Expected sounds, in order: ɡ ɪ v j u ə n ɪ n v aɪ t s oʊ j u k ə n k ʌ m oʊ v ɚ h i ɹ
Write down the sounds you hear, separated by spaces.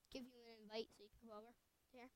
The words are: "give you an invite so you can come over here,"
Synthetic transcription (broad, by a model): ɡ ɪ v j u ə n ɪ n v aɪ t s oʊ j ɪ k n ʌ oʊ v ɚ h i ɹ